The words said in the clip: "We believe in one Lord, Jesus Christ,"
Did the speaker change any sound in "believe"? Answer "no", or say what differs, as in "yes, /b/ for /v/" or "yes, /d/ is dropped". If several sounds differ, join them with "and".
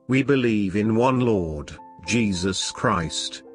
no